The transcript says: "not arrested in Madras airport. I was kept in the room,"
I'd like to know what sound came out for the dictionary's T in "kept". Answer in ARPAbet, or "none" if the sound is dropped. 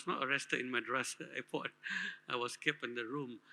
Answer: none